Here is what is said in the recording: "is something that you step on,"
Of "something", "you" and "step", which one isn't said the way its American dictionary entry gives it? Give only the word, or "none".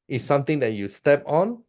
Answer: something